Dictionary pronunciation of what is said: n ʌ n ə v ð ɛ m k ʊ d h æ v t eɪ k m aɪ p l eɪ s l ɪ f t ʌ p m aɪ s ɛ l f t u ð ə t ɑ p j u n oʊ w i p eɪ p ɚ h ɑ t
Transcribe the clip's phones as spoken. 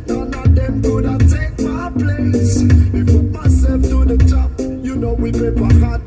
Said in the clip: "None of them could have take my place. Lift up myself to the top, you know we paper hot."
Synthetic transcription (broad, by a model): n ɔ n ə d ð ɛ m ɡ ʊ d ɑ t eɪ k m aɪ p l eɪ s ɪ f ʌ m aɪ s ɛ l f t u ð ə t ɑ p j u n oʊ w i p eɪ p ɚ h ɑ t